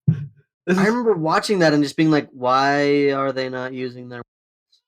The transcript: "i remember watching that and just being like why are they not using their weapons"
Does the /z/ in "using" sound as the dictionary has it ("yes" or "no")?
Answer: yes